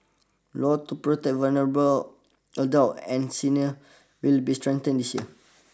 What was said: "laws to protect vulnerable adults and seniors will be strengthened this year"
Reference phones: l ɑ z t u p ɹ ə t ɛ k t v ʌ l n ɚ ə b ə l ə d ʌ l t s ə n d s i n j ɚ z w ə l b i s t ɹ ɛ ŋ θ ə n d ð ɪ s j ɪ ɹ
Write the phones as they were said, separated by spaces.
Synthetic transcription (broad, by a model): l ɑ t u p ɹ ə t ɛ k v ʌ l n ɚ ə b ə l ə d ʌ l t ə n s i n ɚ w ə l b i s t ɹ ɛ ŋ t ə n d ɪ s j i